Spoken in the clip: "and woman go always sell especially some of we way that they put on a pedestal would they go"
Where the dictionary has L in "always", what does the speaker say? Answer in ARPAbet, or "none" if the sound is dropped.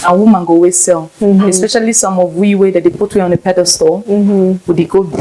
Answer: none